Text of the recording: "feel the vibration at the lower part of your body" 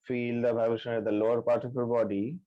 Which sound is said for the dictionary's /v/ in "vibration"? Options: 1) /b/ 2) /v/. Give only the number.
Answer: 1